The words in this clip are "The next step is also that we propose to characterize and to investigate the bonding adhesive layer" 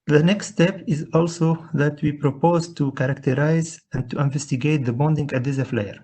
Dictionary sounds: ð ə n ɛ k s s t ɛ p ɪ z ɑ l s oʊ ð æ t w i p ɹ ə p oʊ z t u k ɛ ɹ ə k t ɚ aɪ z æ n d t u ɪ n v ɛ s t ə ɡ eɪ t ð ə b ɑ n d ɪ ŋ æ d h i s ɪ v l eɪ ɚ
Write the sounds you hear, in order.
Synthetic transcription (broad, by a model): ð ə n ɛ k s s t ɛ p ɪ z ɑ l s oʊ ð æ t w i p ɹ ə p oʊ z t u k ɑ ɹ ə k t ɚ aɪ z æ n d t u ɪ n v ɛ s t ə ɡ eɪ t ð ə b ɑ n d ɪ ŋ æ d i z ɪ f l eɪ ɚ